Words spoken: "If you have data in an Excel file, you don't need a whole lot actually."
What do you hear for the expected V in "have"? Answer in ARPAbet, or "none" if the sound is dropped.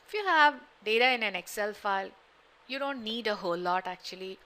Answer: V